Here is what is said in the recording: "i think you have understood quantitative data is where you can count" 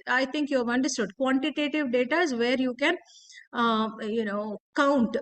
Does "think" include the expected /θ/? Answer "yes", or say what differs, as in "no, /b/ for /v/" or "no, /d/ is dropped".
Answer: no, /t/ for /θ/